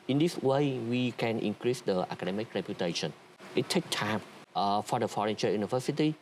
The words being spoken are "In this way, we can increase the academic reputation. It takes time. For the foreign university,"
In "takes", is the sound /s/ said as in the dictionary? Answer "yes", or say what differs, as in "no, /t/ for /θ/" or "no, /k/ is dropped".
no, /s/ is dropped